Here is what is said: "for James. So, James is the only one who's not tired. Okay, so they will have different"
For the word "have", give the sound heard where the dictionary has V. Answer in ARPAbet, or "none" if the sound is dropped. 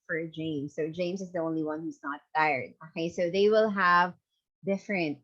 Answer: V